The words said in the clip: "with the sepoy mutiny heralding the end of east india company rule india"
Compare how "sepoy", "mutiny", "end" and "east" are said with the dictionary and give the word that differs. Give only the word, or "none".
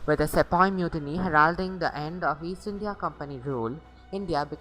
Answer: east